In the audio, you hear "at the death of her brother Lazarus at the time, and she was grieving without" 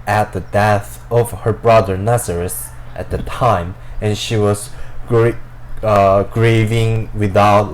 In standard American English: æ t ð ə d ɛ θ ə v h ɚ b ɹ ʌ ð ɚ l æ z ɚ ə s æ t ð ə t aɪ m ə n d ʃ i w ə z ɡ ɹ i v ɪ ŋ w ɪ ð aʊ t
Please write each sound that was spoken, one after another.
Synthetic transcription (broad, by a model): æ t ð ə d ɛ θ ə v h ɚ b ɹ ʌ ð ɚ n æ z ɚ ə s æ t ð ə t aɪ m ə n ʃ i w ə z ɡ ɹ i v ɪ ŋ w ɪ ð aʊ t